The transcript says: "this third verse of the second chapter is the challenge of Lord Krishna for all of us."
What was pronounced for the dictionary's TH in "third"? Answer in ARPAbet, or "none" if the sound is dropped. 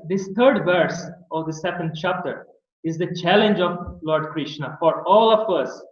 T